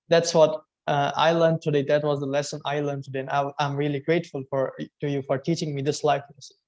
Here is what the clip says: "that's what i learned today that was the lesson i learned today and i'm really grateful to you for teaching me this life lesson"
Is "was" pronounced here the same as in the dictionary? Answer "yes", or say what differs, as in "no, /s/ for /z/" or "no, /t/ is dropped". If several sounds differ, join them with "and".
yes